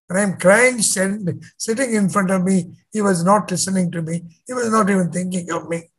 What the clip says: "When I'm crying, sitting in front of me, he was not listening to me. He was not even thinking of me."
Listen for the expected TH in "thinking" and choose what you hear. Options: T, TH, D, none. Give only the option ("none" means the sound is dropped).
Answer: T